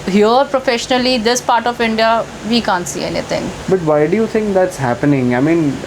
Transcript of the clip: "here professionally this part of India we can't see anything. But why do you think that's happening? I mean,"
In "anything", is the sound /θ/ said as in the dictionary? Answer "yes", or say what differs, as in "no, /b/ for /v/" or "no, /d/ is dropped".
no, /t/ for /θ/